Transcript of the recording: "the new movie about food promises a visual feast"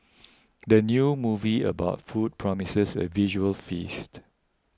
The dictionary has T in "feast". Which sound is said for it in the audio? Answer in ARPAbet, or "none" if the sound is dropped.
T